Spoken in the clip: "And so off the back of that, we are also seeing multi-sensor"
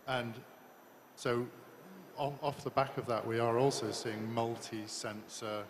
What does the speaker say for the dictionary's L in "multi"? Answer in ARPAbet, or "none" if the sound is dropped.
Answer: L